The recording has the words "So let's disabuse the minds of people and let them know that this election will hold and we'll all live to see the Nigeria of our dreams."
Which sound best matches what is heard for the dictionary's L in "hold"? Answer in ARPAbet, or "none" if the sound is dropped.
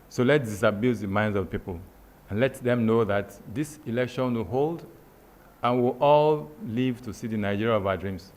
L